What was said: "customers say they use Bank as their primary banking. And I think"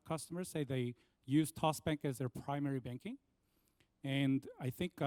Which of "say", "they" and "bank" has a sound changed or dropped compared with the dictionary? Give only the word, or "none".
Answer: none